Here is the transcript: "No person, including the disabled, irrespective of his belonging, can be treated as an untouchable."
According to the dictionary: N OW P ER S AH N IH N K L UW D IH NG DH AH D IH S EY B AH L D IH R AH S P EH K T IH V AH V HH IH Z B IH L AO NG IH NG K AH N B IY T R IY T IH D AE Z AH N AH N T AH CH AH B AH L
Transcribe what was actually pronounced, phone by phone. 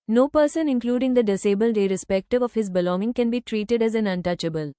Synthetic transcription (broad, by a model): N OW P ER S AH N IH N K L UW D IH NG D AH D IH S EY B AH L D IH R AH S P EH K T IH V AH V HH IH Z B IH L AO NG IH NG K AH N B IY T R IY T IH D AE Z AH N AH N T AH CH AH B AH L